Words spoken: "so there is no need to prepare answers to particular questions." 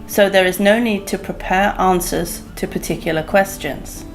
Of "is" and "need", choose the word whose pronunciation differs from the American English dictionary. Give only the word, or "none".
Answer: none